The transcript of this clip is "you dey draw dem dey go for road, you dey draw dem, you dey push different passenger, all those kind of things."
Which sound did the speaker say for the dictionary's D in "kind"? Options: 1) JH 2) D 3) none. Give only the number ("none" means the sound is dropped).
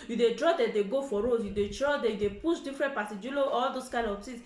3